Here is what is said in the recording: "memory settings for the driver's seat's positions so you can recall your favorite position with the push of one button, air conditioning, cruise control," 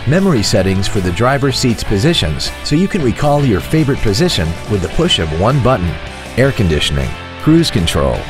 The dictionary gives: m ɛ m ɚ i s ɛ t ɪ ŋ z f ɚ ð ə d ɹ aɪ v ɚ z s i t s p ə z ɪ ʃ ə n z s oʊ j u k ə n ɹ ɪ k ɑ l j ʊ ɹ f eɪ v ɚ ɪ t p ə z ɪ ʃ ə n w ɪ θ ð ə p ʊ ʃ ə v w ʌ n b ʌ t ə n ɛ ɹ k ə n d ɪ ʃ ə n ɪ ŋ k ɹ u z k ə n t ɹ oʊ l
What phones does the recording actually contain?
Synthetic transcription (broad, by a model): m ɛ m ɚ i s ɛ t ɪ ŋ z f ɚ ð ə d ɹ aɪ v ɚ s i t s p ə z ɪ ʃ ə n z s oʊ j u k ə n ɹ ɪ k ɑ l j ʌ ɹ f eɪ v ɚ ɪ t p ə z ɪ ʃ ə n w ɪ ð ə p ʊ ʃ ə v w ʌ n b ʌ t n ɛ ɹ k ə n d ɪ ʃ ə n ɪ ŋ k ɹ u z k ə n t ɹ oʊ l